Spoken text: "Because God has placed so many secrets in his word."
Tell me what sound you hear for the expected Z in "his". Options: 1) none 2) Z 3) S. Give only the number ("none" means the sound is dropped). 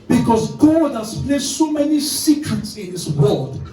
3